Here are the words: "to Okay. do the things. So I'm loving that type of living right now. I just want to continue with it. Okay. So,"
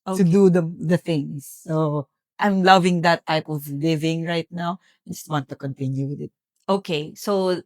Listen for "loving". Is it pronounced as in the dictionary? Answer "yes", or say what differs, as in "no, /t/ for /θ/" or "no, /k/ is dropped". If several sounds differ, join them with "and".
yes